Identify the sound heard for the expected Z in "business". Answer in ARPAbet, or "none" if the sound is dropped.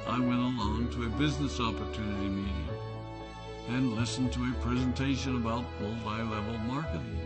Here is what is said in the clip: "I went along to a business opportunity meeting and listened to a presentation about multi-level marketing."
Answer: Z